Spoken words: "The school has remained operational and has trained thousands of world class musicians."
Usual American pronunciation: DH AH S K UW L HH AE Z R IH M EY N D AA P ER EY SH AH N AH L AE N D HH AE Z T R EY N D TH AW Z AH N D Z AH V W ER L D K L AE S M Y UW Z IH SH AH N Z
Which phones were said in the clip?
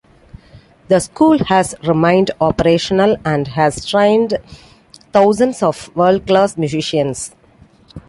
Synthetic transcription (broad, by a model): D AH S K UW L HH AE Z R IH M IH N D AA P ER EY SH AH N AH L AE N D HH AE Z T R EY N D T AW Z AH N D S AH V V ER L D K L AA S M Y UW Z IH SH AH N S